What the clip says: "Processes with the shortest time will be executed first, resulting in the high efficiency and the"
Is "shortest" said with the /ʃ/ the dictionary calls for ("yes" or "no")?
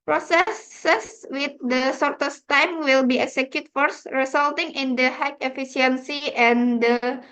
no